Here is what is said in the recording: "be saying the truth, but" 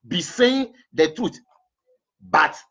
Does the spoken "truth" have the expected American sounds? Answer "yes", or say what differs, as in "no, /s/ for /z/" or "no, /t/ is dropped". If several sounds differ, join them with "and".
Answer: no, /t/ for /θ/